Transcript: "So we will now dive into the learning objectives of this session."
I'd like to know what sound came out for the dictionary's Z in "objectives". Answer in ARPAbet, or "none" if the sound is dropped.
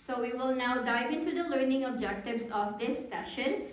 S